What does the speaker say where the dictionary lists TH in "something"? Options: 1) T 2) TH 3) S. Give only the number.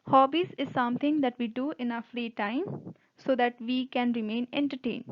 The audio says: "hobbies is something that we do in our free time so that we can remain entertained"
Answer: 1